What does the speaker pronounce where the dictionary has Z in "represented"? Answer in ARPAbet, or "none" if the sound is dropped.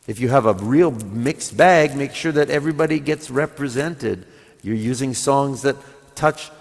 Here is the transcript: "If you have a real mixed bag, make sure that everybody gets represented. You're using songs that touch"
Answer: Z